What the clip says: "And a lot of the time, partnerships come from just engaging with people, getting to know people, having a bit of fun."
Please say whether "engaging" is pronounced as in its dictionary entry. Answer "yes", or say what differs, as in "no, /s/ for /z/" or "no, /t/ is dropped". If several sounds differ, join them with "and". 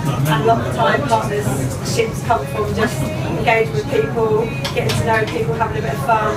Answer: no, /dʒ/ is dropped